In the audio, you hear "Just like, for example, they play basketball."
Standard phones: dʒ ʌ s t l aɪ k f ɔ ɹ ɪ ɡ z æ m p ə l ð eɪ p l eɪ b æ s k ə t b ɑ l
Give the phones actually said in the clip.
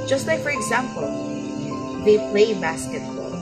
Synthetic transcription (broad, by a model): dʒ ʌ s t l aɪ k f ɔ ɹ ɪ ɡ z æ m p ə l ð eɪ p l eɪ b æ s k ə t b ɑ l